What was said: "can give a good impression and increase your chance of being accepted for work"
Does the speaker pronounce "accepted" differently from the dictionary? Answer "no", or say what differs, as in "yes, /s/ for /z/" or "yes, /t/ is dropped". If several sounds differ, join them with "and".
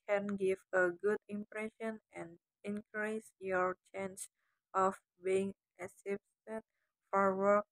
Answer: yes, /k/ is dropped